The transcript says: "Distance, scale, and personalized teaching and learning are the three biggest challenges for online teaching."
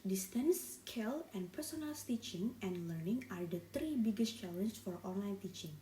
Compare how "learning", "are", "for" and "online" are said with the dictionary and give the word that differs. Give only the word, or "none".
none